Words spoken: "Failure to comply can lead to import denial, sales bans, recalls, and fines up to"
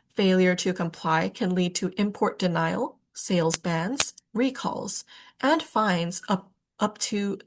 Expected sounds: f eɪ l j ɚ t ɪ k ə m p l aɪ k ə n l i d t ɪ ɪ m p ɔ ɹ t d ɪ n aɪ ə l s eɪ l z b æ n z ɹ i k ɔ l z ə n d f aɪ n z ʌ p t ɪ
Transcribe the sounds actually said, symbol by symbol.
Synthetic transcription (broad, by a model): f eɪ l j ɚ t ɪ k ə m p l aɪ k ə n l i d t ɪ ɪ m p ɔ ɹ t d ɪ n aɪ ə l s eɪ l z b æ n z ɹ i k ɔ l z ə n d f aɪ n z ʌ p t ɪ